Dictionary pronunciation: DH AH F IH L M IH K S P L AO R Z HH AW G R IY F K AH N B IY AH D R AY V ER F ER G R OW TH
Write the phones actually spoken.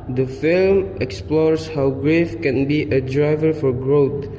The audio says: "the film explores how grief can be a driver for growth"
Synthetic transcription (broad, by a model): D AH F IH L M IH K S P L AO R S HH AW G R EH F K AH N B IY AH D R AY V ER F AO G R OW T